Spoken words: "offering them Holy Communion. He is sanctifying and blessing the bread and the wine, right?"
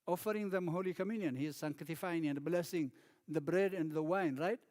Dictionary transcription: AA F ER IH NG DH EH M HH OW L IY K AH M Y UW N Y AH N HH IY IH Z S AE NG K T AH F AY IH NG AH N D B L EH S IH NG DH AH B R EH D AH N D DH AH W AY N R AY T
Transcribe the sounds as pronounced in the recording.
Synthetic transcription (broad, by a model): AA F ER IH NG DH EH M HH OW L IY K AH M Y UW N Y AH N HH IY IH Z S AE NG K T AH F AY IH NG AH N D B L EH S IH NG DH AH B R EH D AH N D DH AH W AY N R AY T